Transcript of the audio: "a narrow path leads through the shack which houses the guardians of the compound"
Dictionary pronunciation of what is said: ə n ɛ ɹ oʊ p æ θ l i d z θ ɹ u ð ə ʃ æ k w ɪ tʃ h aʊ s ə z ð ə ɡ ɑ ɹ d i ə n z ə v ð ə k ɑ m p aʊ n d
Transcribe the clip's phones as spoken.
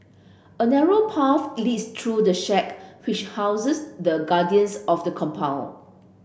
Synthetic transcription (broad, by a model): ə n ɛ ɹ oʊ p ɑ f l i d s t ɹ u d ə ʃ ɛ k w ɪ tʃ h aʊ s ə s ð ə ɡ ɑ d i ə n s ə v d ə k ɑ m p aʊ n